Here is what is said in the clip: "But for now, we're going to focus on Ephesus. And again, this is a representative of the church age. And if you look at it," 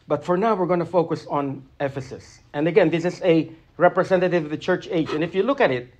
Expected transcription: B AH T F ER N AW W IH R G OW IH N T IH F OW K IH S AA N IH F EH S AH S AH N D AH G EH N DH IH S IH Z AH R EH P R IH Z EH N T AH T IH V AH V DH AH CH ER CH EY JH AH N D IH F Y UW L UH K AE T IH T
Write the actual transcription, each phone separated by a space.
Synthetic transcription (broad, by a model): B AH T F ER N AW W IH R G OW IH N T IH F OW K IH S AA N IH F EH S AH S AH N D AH G EH N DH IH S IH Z AH R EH P R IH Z EH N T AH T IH V AH V DH AH CH ER CH EY JH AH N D IH F Y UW L UH K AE T IH T